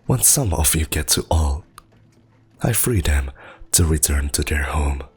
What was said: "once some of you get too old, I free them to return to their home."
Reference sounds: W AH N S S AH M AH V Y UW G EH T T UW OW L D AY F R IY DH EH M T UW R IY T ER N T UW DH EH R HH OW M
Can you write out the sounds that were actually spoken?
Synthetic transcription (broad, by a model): W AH N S S AH M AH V Y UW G EH T T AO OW L AY F R IY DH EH M T UW R IY T ER N T UW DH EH R HH OW M